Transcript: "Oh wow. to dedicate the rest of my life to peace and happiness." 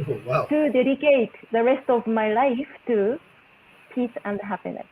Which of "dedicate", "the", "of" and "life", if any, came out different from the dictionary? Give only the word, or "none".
none